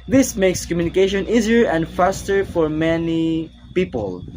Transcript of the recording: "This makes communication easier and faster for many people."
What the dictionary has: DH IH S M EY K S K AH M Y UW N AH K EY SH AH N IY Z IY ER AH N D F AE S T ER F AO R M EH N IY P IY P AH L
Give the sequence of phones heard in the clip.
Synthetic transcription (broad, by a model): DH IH S M EY K S K AH M Y UW N AH K EY SH AH N IY Z IY ER AH N D F AE S T ER F AO R M EH N IY P IY P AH L